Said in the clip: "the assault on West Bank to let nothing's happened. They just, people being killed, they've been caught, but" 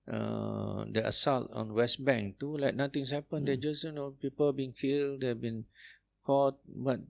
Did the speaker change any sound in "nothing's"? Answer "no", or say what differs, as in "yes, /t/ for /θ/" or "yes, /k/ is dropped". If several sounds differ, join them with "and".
yes, /t/ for /θ/ and /s/ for /z/